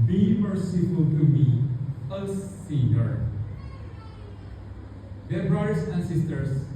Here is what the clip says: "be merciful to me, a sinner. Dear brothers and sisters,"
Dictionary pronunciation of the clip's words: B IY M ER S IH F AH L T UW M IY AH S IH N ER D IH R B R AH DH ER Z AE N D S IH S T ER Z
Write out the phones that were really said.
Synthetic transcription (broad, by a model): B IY M ER S IH F AH L T UW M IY AH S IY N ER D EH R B R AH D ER S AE N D S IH S T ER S